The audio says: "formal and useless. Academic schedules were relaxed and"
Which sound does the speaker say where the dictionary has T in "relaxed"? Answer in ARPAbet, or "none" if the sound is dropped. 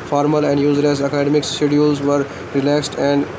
T